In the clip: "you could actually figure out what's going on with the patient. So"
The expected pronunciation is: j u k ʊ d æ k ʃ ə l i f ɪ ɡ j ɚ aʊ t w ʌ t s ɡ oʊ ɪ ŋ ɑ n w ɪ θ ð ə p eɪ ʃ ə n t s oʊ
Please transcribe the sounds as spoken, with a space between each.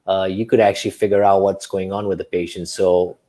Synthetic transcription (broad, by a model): j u k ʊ d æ k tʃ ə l i f ɪ ɡ j ɚ aʊ t w ʌ t s ɡ oʊ ɪ ŋ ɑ n w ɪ ð ə p eɪ ʃ ə n t s oʊ